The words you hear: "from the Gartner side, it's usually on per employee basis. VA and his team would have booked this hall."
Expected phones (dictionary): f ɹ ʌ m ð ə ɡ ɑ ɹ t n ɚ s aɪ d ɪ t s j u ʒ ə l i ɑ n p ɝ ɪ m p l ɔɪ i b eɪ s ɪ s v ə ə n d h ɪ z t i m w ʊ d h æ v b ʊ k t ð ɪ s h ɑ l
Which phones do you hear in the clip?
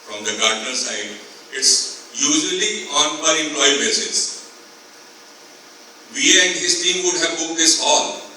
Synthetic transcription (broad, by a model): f ɹ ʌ m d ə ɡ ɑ ɹ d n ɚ s aɪ d ɪ t s j u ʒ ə l i ɑ n b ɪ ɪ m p l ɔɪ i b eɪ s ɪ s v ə ə n d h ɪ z t i m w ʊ d h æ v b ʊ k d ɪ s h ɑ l